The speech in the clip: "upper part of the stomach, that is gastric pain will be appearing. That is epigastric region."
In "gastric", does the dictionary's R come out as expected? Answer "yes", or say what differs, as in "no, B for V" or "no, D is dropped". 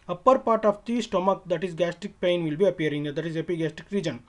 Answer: no, R is dropped